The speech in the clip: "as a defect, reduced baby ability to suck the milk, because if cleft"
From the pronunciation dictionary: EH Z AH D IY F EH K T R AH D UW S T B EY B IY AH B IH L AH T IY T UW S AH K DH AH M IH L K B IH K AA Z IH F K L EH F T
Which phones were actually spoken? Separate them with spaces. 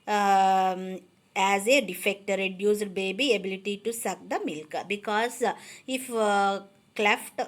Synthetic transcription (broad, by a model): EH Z AH D IY F EH K T R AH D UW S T B EY B IY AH B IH L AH T IY T UW S AH K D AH M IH L K B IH K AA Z IH F K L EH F T